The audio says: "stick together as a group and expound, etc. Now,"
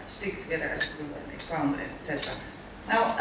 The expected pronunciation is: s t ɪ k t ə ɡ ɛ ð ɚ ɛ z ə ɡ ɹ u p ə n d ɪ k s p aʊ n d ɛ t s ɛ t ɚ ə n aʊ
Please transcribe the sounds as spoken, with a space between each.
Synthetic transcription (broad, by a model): s t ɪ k t ə ɡ ɛ ð ɚ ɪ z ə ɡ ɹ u ə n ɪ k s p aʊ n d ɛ t s ɛ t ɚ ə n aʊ